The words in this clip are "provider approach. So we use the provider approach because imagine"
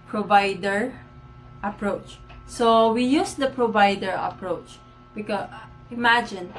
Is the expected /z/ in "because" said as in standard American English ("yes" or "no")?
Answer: no